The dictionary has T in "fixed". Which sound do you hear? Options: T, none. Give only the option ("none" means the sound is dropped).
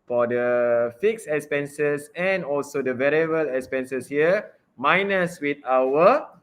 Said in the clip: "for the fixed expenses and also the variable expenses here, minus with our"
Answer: none